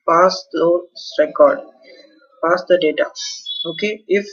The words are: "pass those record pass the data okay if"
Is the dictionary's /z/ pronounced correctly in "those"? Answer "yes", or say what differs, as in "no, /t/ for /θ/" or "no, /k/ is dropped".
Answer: no, /z/ is dropped